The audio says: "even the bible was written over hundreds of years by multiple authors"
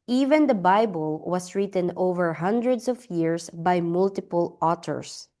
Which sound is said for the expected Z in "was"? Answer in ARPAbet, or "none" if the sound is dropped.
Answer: S